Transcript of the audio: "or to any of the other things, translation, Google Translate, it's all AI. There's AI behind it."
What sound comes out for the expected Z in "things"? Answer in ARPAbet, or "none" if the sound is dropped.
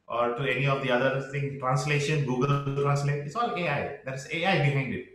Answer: none